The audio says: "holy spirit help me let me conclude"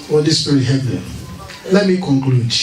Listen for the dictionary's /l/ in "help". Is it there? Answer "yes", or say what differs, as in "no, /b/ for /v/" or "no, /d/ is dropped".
no, /l/ is dropped